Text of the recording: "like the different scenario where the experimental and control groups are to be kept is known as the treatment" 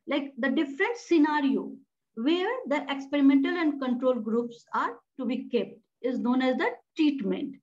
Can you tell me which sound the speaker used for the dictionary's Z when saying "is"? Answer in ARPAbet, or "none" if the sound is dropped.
Z